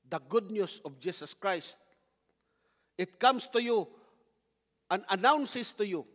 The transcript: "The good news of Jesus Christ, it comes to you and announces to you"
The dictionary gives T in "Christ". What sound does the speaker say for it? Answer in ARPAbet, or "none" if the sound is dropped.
T